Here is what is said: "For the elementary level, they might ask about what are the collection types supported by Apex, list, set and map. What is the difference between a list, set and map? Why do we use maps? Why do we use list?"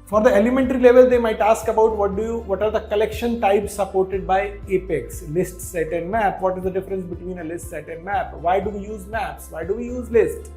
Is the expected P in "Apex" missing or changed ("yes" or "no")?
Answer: no